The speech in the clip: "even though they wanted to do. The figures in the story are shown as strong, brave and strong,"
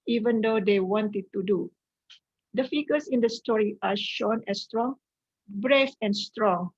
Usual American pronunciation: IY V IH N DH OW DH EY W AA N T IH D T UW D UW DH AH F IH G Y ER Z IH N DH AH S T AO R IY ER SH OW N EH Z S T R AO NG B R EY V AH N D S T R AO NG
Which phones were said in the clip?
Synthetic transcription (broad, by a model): IY V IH N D OW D EY W AA N T IH D T UW D UW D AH F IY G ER S IH N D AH S T AO R IY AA SH OW N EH S T R AO NG B R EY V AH N S T R AO NG